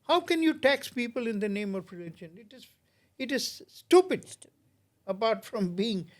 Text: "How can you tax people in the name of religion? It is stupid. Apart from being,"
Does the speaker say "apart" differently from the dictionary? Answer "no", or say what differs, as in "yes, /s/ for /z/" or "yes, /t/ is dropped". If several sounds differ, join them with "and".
yes, /b/ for /p/